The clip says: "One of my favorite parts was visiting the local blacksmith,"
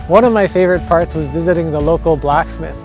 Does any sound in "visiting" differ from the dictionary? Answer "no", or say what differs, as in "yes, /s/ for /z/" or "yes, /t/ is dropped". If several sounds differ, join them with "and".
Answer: no